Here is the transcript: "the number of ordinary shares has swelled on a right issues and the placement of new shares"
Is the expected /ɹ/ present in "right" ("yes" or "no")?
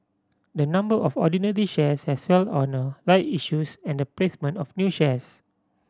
no